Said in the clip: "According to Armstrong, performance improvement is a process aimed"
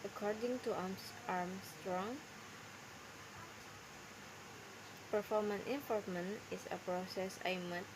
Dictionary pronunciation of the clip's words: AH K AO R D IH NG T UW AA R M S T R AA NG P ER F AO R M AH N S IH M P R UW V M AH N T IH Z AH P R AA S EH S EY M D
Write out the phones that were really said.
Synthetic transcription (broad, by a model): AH K AO R D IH NG T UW AA R M S T R AA NG P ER F AO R M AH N IH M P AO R M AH N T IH S AH P R AA S EH S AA M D